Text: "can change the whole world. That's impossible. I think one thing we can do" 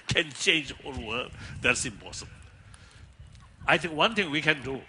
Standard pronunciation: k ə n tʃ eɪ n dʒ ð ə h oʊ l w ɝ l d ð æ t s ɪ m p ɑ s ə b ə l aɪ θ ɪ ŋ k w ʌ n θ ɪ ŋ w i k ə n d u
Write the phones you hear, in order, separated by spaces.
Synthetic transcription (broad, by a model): k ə n tʃ eɪ n dʒ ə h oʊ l w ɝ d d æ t s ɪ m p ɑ s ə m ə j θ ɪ ŋ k w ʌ n t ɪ ŋ w i k ə n d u